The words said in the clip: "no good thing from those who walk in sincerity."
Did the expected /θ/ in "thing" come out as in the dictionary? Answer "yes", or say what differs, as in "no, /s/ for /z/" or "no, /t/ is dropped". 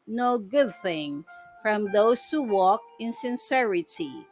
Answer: yes